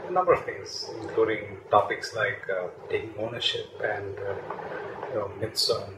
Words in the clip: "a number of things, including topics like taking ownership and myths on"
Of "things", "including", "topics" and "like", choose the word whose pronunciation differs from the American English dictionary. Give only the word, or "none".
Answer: things